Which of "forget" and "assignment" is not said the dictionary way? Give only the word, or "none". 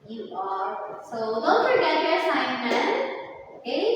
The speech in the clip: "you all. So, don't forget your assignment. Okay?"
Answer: assignment